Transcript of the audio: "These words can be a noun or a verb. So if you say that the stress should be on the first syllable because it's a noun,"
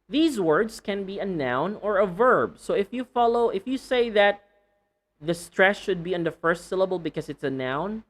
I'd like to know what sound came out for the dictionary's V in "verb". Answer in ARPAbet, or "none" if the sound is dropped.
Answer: V